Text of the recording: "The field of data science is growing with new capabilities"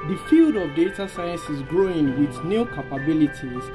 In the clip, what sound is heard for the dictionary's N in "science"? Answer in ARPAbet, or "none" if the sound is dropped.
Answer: N